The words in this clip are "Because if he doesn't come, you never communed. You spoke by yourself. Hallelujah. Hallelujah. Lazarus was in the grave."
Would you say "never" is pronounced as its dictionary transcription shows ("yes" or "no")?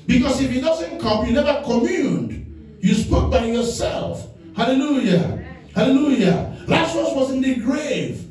yes